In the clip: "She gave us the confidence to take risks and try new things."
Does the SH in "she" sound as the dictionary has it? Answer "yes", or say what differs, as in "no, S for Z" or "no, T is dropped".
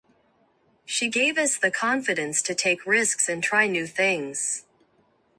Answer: yes